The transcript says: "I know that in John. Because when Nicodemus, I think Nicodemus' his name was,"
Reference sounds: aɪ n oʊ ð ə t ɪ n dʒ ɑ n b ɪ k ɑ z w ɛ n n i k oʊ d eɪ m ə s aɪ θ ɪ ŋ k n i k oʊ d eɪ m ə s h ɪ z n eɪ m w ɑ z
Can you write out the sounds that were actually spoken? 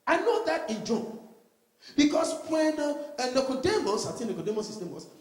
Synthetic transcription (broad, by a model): aɪ n oʊ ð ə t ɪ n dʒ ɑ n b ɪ k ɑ s w ɛ n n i k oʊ d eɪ m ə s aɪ t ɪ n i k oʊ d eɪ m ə s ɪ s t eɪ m w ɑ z